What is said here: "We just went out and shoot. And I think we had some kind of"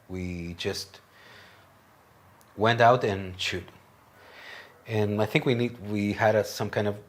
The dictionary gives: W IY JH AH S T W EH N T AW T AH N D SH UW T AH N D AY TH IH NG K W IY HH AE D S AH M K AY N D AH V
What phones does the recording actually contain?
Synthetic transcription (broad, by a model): W IY JH AH S T W EH N T AW T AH N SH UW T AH N AY TH IH NG K W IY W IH D S AH M K AY N D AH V